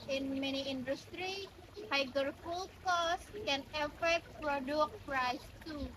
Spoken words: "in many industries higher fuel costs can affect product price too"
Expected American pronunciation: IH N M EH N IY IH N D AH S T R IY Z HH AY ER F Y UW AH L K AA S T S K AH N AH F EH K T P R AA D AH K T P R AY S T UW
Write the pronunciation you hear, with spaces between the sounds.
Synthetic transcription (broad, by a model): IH N M EH N IY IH N D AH S T R IY HH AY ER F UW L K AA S S K AH N AH F EH K T P R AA D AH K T P R AY S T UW